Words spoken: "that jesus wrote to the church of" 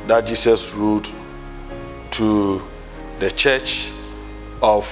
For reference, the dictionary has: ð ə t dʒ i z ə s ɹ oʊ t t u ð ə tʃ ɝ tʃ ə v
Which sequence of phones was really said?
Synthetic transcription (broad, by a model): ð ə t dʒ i s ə s ɹ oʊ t t u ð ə tʃ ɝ tʃ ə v